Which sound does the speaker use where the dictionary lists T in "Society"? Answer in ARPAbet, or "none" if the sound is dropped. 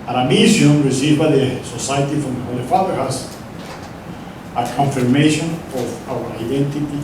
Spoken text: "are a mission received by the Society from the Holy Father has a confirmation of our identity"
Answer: T